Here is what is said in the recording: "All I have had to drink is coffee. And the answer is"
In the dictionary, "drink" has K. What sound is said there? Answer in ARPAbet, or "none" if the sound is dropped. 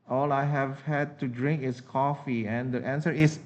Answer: K